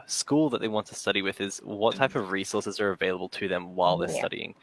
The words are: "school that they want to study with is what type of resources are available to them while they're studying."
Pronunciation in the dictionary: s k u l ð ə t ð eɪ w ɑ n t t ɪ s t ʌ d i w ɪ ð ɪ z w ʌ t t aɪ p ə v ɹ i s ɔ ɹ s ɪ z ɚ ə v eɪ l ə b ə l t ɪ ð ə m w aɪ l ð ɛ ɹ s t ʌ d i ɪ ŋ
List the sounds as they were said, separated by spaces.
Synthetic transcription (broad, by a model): s k u l ð ə t ð eɪ w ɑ n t t ɪ s t ʌ d i w ɪ ð ɪ z w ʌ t t aɪ p ə v ɹ i s ɔ ɹ s ɪ z ɚ ə v eɪ l ə b ə l t ɪ ð ə m w aɪ l ð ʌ ɹ s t ʌ d i ɪ ŋ